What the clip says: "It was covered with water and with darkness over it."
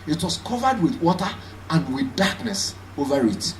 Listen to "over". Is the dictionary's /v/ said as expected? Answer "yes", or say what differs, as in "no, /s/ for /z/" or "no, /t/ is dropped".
yes